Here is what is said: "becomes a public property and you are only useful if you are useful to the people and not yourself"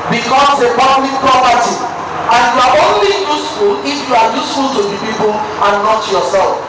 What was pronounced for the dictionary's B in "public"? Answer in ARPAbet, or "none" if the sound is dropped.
none